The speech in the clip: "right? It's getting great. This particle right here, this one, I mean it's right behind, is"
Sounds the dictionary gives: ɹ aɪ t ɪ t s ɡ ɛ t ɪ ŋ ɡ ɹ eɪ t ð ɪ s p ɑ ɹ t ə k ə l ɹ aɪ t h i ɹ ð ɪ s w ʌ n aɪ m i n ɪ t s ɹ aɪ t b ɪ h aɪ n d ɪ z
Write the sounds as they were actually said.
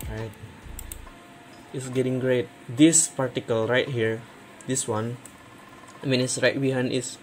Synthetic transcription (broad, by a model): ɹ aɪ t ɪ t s ɡ ɛ t ɪ ŋ ɡ ɹ eɪ t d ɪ s p ɑ ɹ t ə k ə l ɹ aɪ t h i ɹ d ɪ s w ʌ n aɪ m i n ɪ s ɹ aɪ t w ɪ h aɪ n ɪ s